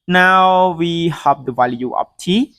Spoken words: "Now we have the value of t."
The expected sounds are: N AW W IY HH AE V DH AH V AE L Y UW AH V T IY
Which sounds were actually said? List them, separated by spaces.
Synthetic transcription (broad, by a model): N AW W IY HH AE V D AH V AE L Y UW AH P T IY